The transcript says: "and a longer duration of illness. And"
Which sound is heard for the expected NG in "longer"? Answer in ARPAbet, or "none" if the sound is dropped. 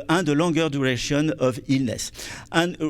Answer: none